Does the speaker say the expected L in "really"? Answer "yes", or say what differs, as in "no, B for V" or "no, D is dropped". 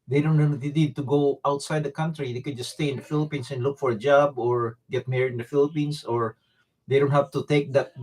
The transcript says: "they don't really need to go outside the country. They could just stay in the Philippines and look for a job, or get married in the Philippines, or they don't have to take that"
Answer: no, N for L